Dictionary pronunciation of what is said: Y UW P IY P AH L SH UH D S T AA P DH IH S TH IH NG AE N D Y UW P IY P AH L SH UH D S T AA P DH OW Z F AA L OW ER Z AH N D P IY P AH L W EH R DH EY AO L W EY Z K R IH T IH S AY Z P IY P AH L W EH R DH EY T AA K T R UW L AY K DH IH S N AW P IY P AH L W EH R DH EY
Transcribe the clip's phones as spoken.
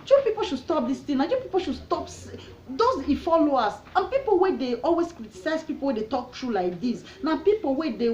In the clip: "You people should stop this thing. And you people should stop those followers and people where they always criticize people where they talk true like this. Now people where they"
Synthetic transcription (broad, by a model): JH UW P IY P AH L SH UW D S T AA P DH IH S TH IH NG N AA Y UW P IY P AH L SH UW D S T AA P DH OW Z F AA L OW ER S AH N P IY P AH L W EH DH EY AO L W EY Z K R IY T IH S AY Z P IY P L W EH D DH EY T AA K T R UW L AY K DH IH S N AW P IY P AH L W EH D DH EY